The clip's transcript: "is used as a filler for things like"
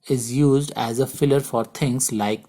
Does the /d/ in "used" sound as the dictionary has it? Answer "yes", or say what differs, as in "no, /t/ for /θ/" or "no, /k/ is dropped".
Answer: yes